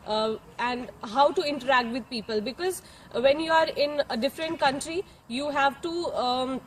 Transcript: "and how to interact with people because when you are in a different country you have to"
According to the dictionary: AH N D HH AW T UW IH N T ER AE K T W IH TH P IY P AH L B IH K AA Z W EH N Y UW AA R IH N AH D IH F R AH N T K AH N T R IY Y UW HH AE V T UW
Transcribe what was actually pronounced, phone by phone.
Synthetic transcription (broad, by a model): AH N D HH AW T UW IH N T ER AE K T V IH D P IY P AH L B IH K AA Z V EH N Y UW AA R IH N AH D IH F R AH N T K AH N T R IY Y UW HH AE V T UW